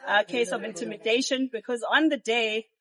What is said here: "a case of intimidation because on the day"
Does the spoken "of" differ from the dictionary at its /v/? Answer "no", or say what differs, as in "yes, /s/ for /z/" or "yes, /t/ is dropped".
no